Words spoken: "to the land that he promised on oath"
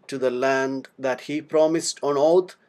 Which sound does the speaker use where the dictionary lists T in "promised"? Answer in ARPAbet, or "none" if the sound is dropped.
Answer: T